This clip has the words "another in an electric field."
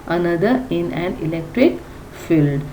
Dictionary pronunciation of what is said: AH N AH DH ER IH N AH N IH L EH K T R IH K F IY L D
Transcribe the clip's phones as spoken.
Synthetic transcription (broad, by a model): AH N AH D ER IH N AH N IH L EH K T R IH K F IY L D